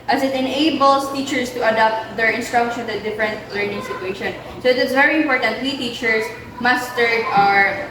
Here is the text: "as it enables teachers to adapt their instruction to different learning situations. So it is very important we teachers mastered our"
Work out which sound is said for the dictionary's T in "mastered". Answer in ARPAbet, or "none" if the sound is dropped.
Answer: S